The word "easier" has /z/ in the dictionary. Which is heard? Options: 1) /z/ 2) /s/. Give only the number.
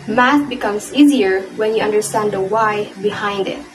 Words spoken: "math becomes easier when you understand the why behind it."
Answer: 1